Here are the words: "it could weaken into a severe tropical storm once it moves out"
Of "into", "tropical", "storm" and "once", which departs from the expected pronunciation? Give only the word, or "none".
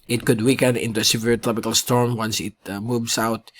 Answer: none